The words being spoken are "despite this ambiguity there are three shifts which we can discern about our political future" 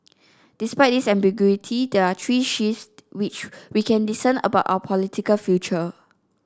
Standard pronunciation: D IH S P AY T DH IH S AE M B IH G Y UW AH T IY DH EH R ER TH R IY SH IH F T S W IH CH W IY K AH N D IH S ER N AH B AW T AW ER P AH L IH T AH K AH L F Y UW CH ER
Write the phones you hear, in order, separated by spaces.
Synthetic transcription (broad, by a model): D IH S P AY T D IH S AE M B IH G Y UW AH T IY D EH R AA T R IY SH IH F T W IH CH W IY K AH N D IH S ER N AH B AW T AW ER P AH L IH T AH K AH L F Y UW CH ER